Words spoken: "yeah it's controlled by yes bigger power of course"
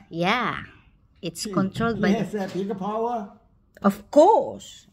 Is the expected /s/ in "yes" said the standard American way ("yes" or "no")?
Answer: no